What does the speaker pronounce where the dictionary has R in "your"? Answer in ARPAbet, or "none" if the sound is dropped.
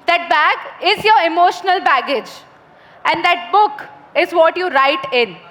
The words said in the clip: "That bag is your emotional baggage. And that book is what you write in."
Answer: R